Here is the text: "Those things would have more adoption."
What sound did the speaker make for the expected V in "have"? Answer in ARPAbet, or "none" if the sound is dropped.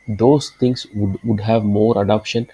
V